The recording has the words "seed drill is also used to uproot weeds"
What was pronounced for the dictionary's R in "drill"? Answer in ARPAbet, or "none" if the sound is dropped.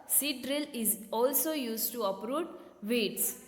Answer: R